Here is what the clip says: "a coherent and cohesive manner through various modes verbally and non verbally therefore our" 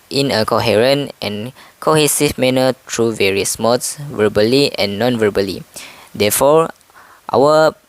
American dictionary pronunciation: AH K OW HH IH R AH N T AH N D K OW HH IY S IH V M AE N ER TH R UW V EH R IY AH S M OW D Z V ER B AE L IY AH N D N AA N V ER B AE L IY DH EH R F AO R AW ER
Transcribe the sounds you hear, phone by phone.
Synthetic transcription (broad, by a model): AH K OW HH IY R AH N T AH N K OW HH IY S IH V M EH N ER T R UW V EH R IY AH S M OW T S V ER B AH L IY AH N N AA N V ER B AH L IY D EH F AO R AW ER